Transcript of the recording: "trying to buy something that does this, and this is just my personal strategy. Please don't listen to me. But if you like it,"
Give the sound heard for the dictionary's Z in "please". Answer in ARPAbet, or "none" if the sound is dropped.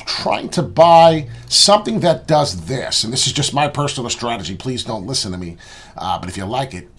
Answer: Z